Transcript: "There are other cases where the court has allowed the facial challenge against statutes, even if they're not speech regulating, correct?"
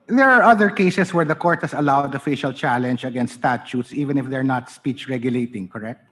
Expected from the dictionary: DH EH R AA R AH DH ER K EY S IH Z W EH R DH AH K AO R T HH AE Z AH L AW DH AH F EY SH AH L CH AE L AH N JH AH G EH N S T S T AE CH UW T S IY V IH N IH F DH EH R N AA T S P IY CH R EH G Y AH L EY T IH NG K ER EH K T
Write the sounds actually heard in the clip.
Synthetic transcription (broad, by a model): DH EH R AA R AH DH ER K EY S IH S W EH R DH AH K AO R T HH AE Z AH L AW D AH F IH SH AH L CH AE L AH N JH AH G EH N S S T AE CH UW T S IY V IH N IH F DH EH R N AA T S P IY CH R EH G Y AH L EY T IH NG K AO EH K T